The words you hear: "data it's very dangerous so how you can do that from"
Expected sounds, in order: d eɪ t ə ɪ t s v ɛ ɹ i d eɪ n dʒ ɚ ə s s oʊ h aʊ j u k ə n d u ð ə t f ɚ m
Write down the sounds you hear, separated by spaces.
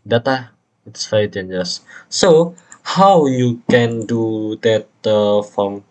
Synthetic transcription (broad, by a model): d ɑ t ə ɪ t s f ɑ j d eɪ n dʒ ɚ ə s s oʊ h aʊ j u k ə n d u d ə t f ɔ m